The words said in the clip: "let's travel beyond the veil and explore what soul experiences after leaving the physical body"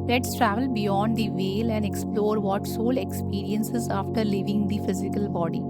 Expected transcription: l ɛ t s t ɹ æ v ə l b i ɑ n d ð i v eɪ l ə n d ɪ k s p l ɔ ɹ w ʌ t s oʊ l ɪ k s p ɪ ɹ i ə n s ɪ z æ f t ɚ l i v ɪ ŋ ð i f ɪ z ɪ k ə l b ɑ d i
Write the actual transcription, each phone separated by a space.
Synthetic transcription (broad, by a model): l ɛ t s t ɹ æ v ə l b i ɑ n d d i v eɪ l ə n d ɪ k s p l ɔ ɹ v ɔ t s oʊ l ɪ k s p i ɹ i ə n s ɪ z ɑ f t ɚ l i v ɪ ŋ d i f ɪ z ɪ k ə l b ɑ d i